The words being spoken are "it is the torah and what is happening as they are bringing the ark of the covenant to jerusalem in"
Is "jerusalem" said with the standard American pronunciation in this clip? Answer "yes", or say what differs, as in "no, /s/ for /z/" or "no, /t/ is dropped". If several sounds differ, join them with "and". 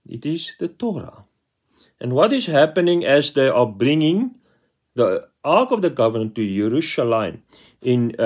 no, /ʃ/ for /s/